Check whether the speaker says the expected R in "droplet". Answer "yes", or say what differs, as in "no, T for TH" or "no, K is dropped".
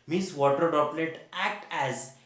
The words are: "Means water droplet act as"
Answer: no, R is dropped